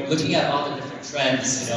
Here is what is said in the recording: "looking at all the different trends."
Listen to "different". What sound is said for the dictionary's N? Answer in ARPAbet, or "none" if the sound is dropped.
none